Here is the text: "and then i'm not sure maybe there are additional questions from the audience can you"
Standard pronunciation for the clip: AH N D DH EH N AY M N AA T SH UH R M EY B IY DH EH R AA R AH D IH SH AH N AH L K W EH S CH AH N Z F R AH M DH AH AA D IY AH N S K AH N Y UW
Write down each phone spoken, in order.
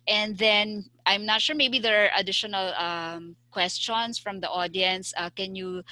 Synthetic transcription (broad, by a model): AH N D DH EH N AY M N AA T SH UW R M EY B IY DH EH R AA R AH D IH SH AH N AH L K W EH S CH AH N S F R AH M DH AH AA D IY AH N S K AH N Y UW